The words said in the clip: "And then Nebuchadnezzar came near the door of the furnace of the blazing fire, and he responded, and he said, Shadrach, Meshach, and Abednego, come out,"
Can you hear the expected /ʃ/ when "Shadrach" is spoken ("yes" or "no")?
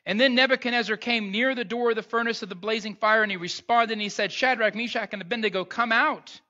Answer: yes